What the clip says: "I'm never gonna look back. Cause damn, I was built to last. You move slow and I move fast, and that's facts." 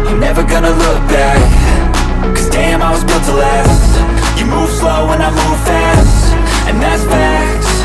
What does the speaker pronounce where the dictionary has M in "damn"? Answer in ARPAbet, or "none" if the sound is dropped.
M